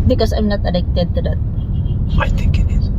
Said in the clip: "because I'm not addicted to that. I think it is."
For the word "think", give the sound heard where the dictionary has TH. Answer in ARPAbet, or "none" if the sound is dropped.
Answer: T